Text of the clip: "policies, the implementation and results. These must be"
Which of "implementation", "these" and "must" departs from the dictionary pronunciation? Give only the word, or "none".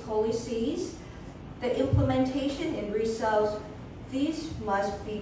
none